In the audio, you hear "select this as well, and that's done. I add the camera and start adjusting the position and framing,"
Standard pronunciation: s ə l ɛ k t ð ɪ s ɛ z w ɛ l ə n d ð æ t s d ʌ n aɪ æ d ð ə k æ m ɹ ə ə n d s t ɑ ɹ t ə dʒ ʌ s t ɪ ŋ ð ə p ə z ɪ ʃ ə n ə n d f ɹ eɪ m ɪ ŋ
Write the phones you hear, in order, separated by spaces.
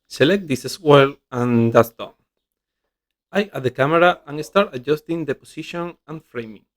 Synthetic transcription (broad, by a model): s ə l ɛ k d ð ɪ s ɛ s w ɛ l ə n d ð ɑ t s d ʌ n aɪ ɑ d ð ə k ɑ m ɹ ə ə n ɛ s t ɑ ɹ t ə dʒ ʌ s t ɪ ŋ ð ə p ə s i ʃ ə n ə n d f ɹ eɪ m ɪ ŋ